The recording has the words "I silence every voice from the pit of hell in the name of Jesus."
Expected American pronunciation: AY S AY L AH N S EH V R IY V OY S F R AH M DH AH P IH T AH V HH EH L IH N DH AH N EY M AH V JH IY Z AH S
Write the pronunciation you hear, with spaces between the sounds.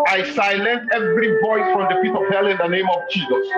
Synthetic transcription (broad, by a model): AY S AY L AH N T EH V R IY V OY S F R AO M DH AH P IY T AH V HH EH L IH N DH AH N EY M AH V JH IY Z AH S